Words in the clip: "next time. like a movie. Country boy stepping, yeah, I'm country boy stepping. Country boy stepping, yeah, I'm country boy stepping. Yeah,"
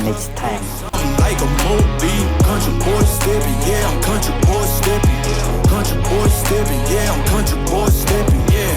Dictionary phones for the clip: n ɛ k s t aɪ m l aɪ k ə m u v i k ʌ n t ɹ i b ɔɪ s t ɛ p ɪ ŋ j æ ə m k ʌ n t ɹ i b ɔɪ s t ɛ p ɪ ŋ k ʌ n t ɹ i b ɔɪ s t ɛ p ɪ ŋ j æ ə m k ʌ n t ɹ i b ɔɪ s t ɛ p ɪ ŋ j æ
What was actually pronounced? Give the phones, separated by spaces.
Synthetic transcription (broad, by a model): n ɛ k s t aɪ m l aɪ k ə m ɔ b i k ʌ n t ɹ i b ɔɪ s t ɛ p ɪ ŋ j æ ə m k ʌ n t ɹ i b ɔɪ s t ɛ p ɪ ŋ k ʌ n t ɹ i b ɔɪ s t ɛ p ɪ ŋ j æ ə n k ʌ n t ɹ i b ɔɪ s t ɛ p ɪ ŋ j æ